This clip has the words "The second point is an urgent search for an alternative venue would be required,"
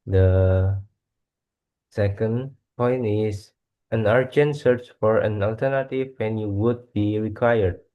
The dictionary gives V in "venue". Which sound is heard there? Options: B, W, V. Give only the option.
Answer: W